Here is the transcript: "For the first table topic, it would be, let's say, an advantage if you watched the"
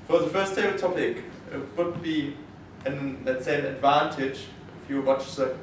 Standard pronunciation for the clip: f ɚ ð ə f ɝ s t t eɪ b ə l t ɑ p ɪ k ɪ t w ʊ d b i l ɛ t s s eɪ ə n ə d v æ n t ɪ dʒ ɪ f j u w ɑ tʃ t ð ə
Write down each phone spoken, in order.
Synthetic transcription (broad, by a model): f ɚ ð ə f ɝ s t t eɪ ə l t ɑ p ɪ k ɪ t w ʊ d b i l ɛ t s s eɪ ə n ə d v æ n t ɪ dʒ ɪ f j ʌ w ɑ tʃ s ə